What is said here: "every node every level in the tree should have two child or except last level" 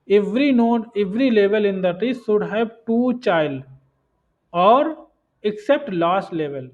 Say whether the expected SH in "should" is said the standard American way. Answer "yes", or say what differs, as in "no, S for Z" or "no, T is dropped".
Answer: no, S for SH